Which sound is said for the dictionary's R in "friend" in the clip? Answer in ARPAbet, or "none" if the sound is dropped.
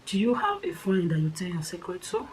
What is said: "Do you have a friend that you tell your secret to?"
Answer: none